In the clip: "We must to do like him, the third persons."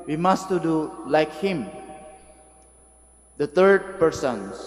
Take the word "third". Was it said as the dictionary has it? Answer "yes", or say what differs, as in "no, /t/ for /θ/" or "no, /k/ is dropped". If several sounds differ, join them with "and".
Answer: no, /t/ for /θ/